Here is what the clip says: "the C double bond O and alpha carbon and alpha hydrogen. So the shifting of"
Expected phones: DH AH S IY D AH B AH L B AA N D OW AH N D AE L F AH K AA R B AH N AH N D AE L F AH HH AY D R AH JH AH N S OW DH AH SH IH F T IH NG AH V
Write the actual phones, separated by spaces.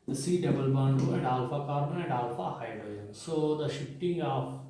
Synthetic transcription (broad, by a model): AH S IY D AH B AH L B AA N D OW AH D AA L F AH K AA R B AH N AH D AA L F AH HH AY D AH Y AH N S OW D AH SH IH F T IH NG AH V